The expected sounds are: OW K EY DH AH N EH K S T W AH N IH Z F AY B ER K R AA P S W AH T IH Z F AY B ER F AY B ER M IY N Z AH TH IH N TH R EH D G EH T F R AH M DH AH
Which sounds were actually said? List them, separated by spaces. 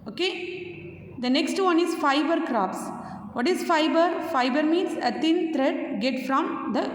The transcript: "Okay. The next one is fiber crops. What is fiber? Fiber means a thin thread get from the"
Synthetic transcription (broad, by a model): OW K EY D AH N EH K S T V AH N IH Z F AY B ER K R AA P S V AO T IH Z F AY B ER F AY B ER M IY N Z AH T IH N T R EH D G EH T F R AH M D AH